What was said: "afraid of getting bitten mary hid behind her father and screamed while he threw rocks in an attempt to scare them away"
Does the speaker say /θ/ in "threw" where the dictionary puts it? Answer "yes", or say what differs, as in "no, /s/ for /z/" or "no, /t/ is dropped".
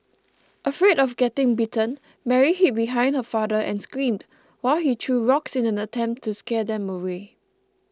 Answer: no, /t/ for /θ/